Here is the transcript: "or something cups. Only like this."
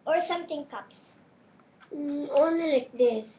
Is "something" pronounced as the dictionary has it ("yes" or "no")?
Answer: no